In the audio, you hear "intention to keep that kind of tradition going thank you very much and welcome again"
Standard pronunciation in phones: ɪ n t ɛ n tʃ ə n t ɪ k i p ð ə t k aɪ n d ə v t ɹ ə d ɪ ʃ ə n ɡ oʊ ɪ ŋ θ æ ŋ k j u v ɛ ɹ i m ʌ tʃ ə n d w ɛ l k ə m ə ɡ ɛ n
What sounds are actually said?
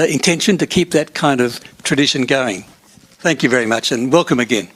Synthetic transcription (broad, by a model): ɪ n t ɛ n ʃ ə n t ɪ k i p ð ə t k aɪ n d ə v t ɹ ə d ɪ ʃ ə n ɡ oʊ ɪ ŋ θ æ ŋ k j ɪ v ɛ ɹ i m ʌ tʃ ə n w ɛ l k ə m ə ɡ ɛ n